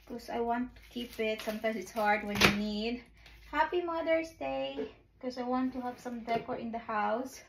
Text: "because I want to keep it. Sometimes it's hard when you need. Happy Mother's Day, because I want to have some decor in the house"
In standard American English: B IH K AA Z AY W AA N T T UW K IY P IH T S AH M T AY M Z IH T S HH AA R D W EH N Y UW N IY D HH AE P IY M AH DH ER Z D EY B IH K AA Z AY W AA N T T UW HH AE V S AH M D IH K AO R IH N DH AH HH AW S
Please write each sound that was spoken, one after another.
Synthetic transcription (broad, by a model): K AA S AY W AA N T T UW K IY P IH T S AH M T AY M S IH T S HH AA R D W EH N Y UW N IY D HH AE P IY M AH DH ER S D EY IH K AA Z AY W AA N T T UW HH AE V S AH M D IH K AO R IH N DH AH HH AW S